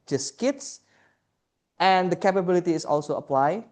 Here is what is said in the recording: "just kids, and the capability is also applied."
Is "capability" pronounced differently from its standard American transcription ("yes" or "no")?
no